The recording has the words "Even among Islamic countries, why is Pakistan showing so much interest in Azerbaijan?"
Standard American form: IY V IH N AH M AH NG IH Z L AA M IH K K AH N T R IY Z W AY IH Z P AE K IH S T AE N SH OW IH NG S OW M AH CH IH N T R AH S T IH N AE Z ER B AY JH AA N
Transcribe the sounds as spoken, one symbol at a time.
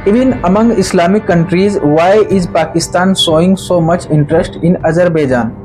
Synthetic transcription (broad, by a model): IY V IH N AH M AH NG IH S L AA M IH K K AH N T R IY Z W AY IH Z P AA K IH S T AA N S OW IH NG S OW M AH CH IH N T R AH S T IH N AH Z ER B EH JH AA N